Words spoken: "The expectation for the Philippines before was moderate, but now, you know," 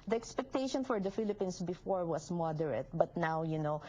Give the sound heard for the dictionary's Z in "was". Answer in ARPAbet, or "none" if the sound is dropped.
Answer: S